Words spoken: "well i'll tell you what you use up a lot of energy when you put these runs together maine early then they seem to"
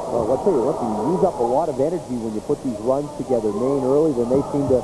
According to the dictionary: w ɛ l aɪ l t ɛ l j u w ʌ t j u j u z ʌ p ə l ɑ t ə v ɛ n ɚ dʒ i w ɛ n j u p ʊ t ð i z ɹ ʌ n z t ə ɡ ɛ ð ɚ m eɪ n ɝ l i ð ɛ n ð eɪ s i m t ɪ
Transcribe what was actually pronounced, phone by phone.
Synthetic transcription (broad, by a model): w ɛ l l t ɛ l j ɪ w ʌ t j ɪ j u z ʌ p ə l ɑ t ə v ɛ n ɚ dʒ i w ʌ n j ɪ p ʊ t ð i z ɹ ʌ n z t ə ɡ ɛ ð ɚ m eɪ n ɝ l i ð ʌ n ð eɪ s i m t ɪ